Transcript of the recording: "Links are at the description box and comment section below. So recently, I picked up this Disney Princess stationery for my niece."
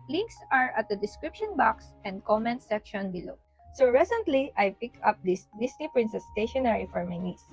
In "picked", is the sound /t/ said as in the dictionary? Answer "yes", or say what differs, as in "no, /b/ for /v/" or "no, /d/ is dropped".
no, /t/ is dropped